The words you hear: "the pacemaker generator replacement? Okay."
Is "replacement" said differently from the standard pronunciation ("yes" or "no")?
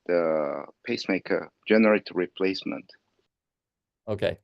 no